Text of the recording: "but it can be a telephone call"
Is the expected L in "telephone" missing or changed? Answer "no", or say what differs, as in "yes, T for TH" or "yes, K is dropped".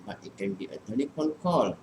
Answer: yes, N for L